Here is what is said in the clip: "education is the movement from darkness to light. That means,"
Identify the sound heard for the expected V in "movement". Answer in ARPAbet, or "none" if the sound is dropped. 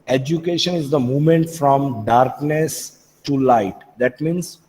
none